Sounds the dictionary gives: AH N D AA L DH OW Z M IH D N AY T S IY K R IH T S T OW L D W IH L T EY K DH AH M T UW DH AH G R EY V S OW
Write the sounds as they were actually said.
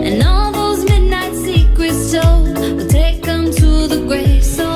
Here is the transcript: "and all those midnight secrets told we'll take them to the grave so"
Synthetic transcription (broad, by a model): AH N AA L DH OW Z M IH D N AY T S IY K W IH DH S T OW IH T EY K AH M T UW DH AH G R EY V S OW